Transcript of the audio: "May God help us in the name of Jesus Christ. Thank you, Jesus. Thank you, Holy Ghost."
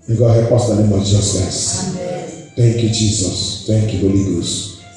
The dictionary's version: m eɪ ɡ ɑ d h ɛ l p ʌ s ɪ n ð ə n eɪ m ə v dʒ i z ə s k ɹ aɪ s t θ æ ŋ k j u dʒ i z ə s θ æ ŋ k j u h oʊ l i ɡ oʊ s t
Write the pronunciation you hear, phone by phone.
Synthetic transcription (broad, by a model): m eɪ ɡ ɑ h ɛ p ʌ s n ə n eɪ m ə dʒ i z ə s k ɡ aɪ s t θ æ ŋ k j u dʒ i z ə s t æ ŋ k j u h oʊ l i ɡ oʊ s